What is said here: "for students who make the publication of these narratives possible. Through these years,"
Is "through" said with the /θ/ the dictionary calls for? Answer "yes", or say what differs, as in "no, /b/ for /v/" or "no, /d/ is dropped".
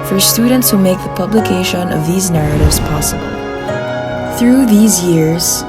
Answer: yes